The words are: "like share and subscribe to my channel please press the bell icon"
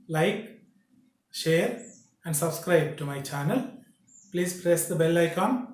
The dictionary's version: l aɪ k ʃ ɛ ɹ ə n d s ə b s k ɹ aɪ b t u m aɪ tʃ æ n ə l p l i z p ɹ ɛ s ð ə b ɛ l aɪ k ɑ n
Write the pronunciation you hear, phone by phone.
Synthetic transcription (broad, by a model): l aɪ k ʃ ɛ ɹ ə n d s ə b s k ɹ aɪ b t u m aɪ tʃ æ n ə l p l i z p ɹ ɛ s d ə b ɛ l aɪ k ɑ n